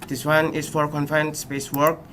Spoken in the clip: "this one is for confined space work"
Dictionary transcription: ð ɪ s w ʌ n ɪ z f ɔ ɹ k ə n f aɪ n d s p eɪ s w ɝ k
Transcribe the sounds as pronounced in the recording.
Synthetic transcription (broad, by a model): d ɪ s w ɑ n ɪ s f ɔ ɹ k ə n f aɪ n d s p eɪ s w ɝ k